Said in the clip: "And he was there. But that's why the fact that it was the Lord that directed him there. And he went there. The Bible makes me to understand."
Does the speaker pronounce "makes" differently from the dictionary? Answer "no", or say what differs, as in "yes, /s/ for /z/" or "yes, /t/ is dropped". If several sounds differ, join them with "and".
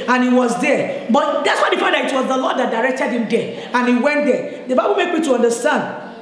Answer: yes, /s/ is dropped